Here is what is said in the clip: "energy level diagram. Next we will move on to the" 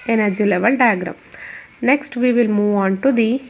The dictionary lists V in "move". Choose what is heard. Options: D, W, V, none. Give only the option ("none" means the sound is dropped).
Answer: V